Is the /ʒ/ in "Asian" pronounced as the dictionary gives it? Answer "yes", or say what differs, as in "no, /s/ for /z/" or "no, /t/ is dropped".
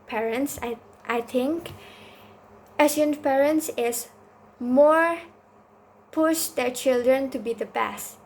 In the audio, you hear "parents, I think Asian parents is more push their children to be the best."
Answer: no, /s/ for /ʒ/